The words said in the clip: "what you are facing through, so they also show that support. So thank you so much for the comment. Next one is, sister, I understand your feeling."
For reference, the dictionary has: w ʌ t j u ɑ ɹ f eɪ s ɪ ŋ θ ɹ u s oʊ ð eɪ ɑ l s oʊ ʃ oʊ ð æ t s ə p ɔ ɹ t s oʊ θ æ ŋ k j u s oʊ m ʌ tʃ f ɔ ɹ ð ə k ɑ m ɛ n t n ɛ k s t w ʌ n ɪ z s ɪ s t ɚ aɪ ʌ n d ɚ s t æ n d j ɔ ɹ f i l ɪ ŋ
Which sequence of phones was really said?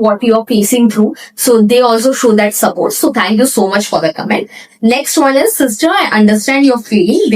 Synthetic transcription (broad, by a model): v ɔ t j u ɑ ɹ p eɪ s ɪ ŋ t ɹ u s oʊ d eɪ ɑ l s oʊ ʃ oʊ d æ t s ə p ɔ ɹ t s oʊ t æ ŋ k j u s oʊ m ʌ tʃ f ɔ ɹ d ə k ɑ m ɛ n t n ɛ k s t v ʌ n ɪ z s ɪ s t ɚ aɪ ʌ n d ɚ s t æ n d j ɔ ɹ f i l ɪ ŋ